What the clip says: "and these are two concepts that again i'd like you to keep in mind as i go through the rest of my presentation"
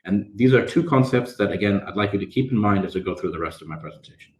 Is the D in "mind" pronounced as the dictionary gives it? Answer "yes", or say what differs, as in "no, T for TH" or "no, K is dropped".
yes